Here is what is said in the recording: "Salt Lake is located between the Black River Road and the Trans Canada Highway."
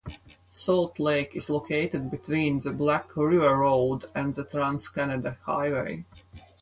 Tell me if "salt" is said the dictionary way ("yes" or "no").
yes